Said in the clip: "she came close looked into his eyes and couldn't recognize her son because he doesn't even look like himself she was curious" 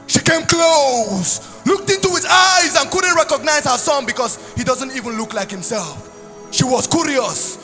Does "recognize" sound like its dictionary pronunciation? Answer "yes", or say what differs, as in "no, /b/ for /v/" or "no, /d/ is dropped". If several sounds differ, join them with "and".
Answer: yes